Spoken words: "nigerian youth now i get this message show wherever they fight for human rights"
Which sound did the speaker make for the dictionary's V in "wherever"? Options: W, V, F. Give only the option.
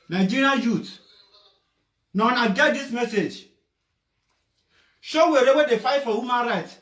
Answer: W